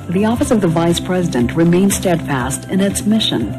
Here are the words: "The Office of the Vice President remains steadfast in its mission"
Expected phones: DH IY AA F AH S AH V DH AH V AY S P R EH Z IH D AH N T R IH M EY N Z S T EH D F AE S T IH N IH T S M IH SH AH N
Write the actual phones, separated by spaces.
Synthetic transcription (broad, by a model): DH IY AA F AH S AH V DH AH V AY S P R EH Z IH D AH N T R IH M EY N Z S T EH D F AE S T IH N IH T S M IH SH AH N